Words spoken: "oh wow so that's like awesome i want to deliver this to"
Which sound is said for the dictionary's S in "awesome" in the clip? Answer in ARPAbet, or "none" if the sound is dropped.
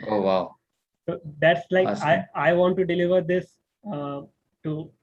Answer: none